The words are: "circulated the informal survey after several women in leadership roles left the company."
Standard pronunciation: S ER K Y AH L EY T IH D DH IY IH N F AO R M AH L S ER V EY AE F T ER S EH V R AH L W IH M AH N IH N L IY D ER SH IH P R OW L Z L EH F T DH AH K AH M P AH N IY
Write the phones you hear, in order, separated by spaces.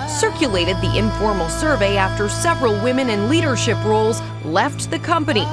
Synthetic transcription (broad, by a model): S ER K Y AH L EY T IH D DH IY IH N F AO R M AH L S ER V EY AE F T ER S EH V R AH L W IH M AH N IH N L IY D ER SH IH P R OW L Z L EH F T DH AH K AH M P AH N IY